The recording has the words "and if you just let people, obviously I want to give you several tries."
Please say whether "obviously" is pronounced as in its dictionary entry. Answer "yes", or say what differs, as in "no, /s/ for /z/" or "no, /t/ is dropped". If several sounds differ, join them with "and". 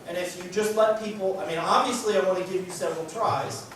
no, /v/ is dropped